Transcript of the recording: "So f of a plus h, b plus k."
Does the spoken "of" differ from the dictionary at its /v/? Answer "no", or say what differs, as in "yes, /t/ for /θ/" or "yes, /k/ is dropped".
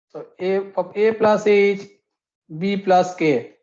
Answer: yes, /b/ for /v/